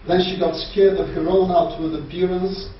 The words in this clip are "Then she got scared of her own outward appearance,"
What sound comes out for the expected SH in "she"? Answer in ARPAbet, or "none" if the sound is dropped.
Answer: SH